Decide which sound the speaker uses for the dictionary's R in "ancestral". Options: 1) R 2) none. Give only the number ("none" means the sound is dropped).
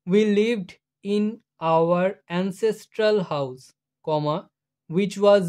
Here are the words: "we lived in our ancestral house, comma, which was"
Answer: 1